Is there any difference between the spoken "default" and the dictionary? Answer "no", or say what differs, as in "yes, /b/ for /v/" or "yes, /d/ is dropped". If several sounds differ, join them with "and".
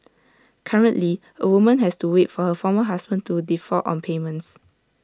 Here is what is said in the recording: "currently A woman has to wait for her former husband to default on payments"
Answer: yes, /l/ is dropped